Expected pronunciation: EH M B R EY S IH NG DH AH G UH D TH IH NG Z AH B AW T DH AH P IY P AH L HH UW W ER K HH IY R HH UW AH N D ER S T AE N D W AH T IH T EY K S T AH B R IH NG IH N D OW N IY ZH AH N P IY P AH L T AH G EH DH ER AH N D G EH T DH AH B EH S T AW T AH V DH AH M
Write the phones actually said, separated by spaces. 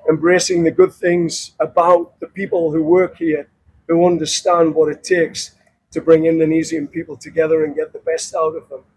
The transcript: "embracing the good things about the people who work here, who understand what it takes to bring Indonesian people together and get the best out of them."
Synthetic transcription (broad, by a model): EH M B R EY S IH NG DH AH G UH D TH IH NG Z AH B AW T DH AH P IY P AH L HH UW W ER K HH IY R HH UW AH N D ER S T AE N D W AH T IH T EY K S T AH B R IH NG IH N D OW N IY Z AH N P IY P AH L T AH G EH DH ER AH N G EH T DH AH B EH S T AW T AH V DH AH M